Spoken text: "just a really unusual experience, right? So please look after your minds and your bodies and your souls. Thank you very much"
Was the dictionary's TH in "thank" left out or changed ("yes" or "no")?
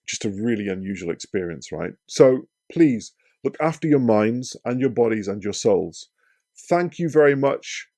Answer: no